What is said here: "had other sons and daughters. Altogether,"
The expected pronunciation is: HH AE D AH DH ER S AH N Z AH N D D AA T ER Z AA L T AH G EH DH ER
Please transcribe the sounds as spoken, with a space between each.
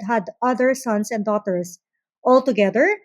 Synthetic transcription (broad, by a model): HH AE D AH DH ER S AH N S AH N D D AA T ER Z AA L T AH G EH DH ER